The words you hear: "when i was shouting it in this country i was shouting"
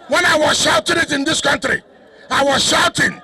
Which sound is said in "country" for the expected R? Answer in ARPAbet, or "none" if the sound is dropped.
R